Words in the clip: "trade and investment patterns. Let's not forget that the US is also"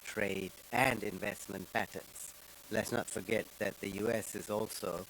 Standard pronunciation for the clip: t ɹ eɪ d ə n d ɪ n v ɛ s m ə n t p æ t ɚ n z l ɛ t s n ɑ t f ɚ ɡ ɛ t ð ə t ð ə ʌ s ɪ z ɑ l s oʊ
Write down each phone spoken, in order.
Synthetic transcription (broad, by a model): t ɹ eɪ d ə n d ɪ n v ɛ s m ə n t p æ t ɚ n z l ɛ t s n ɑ t f ɚ ɡ ɛ t ð ə t ð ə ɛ s ɪ z ɑ l s oʊ